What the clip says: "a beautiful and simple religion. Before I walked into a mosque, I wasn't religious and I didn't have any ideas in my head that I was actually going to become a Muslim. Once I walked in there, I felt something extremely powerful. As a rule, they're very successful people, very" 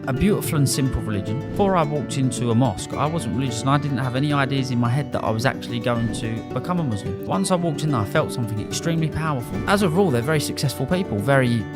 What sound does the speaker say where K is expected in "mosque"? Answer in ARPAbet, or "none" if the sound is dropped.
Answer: K